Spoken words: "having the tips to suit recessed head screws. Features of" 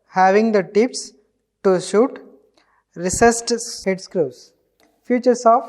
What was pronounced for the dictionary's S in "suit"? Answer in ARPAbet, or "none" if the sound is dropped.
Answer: SH